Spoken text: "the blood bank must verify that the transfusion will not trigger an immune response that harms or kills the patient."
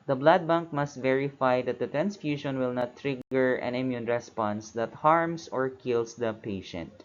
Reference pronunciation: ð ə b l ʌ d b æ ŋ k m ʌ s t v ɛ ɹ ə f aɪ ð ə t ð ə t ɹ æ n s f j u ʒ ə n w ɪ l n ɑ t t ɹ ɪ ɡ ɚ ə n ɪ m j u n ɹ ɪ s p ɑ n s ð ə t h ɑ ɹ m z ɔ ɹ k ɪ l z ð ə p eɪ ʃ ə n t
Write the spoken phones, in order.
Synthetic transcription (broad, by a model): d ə b l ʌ d b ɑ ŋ k m ʌ s t v ɛ ɹ ə f aɪ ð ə t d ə t ɹ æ n s f j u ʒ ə n w ɪ l n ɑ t t ɹ ɪ ɡ ɚ ə n ɪ m j u n ɹ ɪ s p ɑ n s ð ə t h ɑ ɹ m s ɔ ɹ k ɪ l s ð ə p eɪ ʃ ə n t